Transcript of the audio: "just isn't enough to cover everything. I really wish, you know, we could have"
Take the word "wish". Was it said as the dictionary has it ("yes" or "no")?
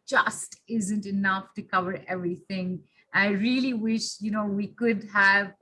yes